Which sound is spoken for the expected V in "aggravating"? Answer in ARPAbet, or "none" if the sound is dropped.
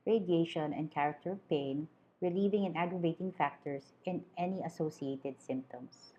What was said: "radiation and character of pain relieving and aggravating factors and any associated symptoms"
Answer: V